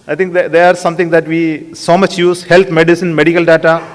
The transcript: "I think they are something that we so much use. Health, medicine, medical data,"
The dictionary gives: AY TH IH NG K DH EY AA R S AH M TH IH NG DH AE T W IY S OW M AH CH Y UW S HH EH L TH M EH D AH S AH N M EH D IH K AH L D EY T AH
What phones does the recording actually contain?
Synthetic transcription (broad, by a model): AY T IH NG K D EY AA R S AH M T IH NG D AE T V IY S OW M AH CH Y UW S HH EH L T M EH D AH S AH N M EH D IH K AH L D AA T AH